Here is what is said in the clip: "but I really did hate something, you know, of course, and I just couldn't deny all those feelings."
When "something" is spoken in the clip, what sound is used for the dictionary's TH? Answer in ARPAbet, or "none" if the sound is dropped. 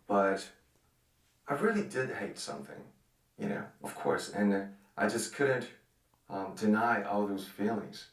TH